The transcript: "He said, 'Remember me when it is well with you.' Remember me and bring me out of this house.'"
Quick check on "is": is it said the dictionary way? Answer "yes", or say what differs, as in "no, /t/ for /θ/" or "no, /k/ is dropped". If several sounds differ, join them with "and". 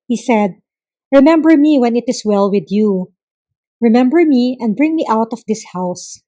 no, /s/ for /z/